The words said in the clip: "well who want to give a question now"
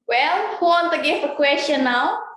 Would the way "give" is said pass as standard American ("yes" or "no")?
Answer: no